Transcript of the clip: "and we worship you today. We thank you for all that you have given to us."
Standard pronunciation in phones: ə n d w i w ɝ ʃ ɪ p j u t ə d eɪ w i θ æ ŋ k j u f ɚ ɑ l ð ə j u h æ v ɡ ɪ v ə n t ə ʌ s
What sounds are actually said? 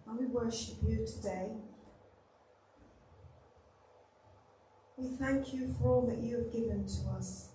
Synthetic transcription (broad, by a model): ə w i w ɝ ʃ ɪ p j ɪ t ə d eɪ w i θ æ ŋ k j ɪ f ɚ ɑ l ð ə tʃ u v ɡ ɪ v ə n t ə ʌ s